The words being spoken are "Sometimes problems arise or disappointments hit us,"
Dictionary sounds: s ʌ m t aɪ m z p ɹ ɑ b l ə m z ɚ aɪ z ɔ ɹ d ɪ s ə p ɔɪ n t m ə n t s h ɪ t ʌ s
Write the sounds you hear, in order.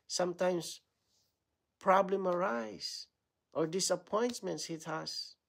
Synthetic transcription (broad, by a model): s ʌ m t aɪ m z p ɹ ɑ b l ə m ɚ aɪ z ɔ ɹ d ɪ s ə p ɔɪ n t m ə n t s h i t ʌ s